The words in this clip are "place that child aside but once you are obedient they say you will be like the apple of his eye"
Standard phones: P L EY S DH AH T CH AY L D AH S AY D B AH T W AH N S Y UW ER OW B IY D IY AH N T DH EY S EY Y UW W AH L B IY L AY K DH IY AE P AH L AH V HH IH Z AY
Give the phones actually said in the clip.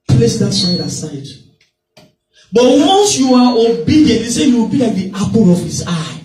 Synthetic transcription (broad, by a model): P L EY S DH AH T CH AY D AH S AY D B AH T W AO N S Y UW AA OW B IY D IY AH N T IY S EY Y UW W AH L B IY L AY K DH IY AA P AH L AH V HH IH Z AY